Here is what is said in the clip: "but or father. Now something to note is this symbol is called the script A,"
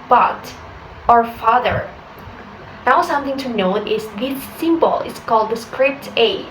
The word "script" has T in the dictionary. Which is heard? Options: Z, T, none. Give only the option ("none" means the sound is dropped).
T